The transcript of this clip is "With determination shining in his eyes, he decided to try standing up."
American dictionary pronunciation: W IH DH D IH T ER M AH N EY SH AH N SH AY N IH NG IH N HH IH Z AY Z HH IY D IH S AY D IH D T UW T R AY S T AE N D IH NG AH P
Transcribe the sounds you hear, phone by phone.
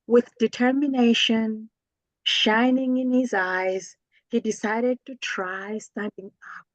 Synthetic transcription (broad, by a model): W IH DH D IH T ER M AH N EY SH AH N SH AY N IH NG IH N HH IH Z AY Z HH IY D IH S AY D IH D T UW T R AY S T AE N D IH NG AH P